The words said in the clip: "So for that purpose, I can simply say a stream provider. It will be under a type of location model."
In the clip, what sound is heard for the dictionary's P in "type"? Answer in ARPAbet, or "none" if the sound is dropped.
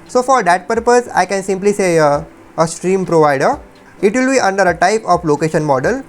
P